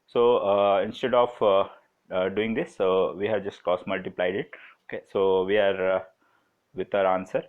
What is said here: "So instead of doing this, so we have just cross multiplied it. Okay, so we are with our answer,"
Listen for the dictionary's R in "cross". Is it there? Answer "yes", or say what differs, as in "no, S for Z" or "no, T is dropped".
no, R is dropped